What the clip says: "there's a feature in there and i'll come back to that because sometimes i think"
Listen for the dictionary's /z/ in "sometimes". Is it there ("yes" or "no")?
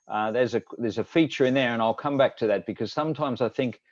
yes